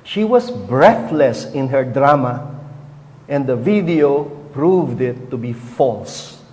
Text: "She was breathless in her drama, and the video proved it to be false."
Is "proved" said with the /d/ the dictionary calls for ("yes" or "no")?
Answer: yes